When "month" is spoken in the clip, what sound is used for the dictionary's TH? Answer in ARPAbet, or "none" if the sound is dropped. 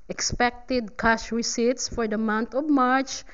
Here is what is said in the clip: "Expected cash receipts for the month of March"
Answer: T